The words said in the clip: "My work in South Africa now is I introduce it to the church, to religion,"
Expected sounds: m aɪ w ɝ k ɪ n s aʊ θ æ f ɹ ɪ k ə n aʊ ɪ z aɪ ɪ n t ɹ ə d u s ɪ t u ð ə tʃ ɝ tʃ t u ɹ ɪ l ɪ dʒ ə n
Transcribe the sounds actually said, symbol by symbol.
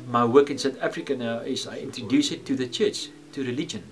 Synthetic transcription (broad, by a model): m aɪ w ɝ k ɪ n s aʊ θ æ f ɹ ɪ k ə n aʊ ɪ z aɪ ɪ n t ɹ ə d u s ɪ t u ð ə tʃ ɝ tʃ t u ɹ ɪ l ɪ dʒ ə n